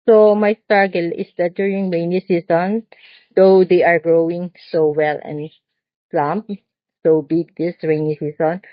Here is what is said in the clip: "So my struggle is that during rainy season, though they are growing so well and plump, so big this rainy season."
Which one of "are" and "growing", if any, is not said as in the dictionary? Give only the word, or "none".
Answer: none